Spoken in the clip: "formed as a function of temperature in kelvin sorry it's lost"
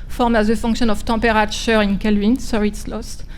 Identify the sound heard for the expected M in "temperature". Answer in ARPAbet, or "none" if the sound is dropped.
none